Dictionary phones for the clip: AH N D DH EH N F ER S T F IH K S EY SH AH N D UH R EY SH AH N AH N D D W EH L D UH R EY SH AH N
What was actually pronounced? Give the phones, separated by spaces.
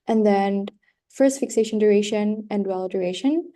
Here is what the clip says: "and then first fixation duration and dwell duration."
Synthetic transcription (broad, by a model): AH N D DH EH N F ER S T F IH K S EY SH AH N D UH R EY SH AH N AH N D D W EH L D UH R EY SH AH N